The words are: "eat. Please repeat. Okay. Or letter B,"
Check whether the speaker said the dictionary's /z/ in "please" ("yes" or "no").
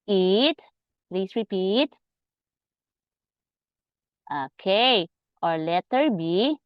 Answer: no